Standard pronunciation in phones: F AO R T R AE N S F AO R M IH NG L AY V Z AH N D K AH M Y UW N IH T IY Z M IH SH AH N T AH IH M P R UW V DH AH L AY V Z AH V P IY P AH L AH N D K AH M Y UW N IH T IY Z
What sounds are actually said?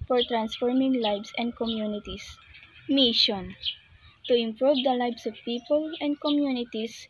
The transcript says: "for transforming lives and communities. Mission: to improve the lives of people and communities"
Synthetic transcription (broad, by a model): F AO R T R AE N S F AO R M IH NG L AY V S AH N D K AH M Y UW N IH T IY S M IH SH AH N T AH IH M P R UW V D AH L AY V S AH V P IY P AH L AH N D K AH M Y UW N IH T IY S